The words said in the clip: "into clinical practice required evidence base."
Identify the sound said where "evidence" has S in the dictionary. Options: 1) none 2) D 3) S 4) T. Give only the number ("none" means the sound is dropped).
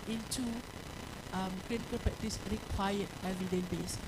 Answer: 1